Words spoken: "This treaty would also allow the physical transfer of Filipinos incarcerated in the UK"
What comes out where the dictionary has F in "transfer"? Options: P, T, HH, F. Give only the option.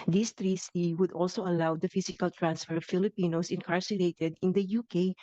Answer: F